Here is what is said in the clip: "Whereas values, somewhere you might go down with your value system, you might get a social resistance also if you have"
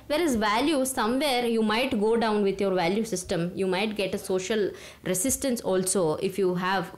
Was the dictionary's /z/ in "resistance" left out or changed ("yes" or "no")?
yes